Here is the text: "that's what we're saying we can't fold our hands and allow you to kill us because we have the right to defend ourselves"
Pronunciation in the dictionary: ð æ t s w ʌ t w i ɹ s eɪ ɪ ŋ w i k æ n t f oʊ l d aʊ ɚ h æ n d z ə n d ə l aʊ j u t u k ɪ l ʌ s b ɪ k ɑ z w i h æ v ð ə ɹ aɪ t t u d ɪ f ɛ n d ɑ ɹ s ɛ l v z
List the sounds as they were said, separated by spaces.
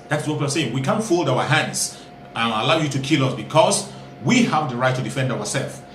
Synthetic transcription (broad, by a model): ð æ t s w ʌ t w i l s eɪ ɪ ŋ w i k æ n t f oʊ l d aʊ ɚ h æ n d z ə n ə l aʊ j u t u k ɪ l ʌ s b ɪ k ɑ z w i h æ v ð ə ɹ aɪ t t u d ɪ f ɛ n d ɑ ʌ s ɛ l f